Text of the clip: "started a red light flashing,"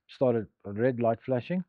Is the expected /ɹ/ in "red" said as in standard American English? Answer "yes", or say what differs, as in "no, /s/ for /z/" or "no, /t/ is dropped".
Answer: yes